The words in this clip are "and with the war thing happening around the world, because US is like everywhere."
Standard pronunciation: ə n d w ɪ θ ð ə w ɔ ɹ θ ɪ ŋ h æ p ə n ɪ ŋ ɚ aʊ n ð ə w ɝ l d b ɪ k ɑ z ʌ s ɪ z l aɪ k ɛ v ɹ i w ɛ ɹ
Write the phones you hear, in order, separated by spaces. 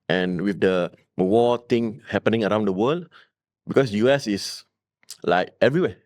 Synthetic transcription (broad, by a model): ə n w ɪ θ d ə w ɔ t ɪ ŋ h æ p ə n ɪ ŋ ɚ aʊ n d ə w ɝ l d b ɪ k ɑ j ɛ s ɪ s l aɪ k ɛ v ɹ i w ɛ